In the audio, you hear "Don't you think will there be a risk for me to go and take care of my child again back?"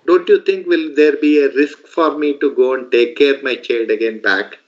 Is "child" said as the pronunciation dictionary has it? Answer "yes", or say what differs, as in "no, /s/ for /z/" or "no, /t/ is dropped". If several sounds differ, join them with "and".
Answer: no, /l/ is dropped